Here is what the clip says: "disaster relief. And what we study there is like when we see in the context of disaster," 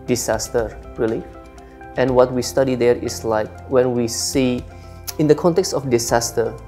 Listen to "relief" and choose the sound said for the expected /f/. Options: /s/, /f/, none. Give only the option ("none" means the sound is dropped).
none